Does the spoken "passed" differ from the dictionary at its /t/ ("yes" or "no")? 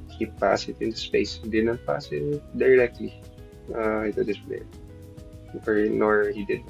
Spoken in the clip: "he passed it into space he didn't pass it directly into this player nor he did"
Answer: yes